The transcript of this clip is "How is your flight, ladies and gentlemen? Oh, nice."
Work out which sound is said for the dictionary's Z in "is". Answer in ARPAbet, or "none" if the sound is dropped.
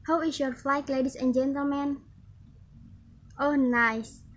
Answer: S